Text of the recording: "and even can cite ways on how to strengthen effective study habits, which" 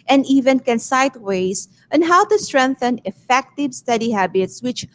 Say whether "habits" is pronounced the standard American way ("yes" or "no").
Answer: yes